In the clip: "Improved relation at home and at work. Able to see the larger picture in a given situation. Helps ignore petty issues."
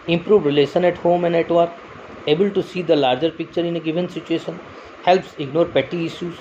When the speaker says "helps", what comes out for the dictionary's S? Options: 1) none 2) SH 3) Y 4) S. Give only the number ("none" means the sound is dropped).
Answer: 4